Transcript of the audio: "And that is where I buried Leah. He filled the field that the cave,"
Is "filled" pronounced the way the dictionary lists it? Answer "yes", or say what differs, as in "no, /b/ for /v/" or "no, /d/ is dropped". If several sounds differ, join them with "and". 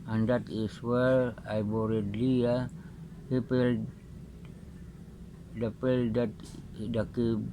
no, /p/ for /f/